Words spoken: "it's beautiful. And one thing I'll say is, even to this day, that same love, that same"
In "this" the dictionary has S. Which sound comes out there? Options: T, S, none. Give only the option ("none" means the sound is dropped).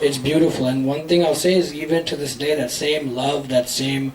S